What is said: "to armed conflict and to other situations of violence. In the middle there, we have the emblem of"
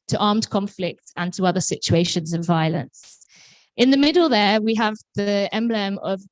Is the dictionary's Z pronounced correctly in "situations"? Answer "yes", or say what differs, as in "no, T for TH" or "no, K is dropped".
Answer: yes